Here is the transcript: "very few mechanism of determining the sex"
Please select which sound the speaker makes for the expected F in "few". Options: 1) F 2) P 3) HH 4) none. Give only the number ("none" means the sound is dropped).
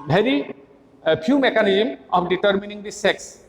2